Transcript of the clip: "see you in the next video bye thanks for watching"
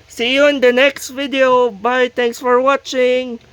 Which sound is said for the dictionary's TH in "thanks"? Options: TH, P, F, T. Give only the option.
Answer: T